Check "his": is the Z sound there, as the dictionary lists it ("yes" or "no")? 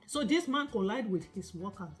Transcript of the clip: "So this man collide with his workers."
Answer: no